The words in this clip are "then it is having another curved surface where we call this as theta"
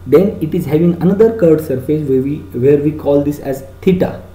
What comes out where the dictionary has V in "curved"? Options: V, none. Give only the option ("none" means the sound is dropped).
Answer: none